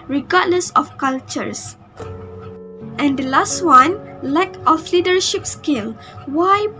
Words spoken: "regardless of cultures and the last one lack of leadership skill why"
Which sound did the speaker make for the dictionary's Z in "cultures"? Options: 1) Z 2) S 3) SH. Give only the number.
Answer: 2